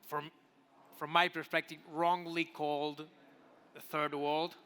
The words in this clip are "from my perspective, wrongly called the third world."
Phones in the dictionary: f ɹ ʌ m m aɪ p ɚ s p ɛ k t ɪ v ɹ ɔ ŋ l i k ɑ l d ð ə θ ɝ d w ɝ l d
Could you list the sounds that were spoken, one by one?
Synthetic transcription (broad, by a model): f ɹ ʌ m m aɪ p ɚ s p ɛ k t ɪ v ɹ ɔ ŋ l i k ɑ l d ð ə θ ɝ d w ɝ l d